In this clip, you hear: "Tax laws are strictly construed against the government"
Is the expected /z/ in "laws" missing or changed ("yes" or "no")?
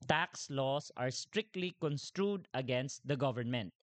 yes